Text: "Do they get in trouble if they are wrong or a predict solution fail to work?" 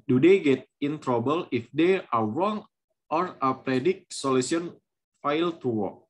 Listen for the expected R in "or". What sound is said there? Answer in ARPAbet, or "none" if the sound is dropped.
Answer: R